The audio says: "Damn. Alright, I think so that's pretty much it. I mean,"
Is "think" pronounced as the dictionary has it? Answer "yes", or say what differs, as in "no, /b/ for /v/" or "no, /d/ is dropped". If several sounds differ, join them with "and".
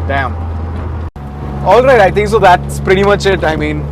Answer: no, /t/ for /θ/